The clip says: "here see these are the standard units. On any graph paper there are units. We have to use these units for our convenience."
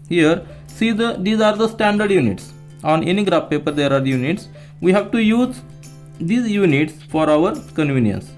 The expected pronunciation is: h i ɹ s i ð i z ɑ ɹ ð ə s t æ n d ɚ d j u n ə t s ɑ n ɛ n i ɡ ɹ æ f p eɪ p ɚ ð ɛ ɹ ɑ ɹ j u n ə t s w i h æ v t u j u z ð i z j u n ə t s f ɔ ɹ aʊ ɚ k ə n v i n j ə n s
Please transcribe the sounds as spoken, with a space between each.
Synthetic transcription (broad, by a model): h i ɹ s i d i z ɑ ɹ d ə s t æ n d ɚ d j u n ə t s ɑ n ɛ n i ɡ ɹ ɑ p p eɪ p ɚ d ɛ ɹ ɑ ɹ j u n ə t s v i h æ v t u j u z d i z j u n ə t s f ɔ ɹ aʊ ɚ k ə n v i n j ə n s